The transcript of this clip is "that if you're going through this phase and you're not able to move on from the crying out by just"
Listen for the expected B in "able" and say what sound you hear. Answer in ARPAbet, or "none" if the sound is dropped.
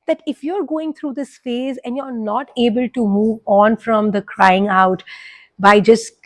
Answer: B